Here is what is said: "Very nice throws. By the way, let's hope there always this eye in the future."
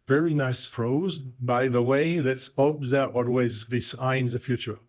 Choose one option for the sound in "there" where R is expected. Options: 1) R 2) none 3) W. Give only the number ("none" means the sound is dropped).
3